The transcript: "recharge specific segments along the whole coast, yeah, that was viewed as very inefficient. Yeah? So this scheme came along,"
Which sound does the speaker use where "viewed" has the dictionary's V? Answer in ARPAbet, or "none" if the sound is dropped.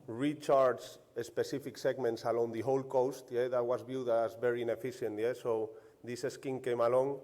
B